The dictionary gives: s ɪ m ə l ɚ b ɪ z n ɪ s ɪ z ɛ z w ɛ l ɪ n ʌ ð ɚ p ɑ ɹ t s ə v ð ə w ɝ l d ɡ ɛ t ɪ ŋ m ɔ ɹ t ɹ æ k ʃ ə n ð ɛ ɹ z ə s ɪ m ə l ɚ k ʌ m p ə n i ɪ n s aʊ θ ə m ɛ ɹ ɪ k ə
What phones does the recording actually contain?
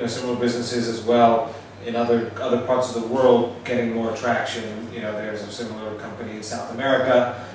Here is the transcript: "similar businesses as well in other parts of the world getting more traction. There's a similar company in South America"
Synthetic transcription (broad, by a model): s ɪ m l ɚ b ɪ z n ɪ s ɪ z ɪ z w ɛ l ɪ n ʌ ð ɚ p ɑ ɹ t s ə v ð ə w ɝ l d ɡ ɛ t ɪ ŋ m ɔ ɹ t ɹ æ k ʃ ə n ð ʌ ɹ z ə s ɪ m l ɚ k ʌ m p ə n i ɪ n s aʊ θ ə m ɛ ɹ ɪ k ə